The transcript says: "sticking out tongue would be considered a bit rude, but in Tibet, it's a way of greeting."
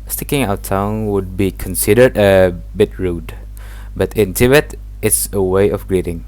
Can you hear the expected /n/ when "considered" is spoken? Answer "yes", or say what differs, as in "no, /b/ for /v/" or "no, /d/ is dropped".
yes